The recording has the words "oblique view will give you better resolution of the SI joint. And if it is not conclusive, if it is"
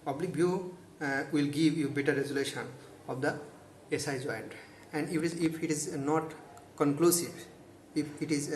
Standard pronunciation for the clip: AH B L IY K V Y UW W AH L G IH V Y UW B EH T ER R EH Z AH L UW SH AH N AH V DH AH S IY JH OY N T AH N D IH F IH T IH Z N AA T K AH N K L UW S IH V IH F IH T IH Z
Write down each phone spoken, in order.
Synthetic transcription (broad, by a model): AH B L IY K B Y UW W AH L G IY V Y UW B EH T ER R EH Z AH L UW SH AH N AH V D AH S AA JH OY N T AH N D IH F IH T IH Z N AA T K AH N K L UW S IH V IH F IH T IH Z